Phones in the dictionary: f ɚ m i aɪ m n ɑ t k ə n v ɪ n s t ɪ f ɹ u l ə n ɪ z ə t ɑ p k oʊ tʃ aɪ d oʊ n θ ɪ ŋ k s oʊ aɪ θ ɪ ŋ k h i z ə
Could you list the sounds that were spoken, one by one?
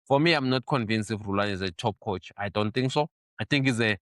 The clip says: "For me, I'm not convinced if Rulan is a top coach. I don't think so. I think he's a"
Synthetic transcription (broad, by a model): f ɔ m i aɪ m n ɑ t k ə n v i n s ɪ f ɹ u l ə n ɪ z ə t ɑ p k oʊ tʃ aɪ d oʊ n t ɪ ŋ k s oʊ aɪ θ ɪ ŋ k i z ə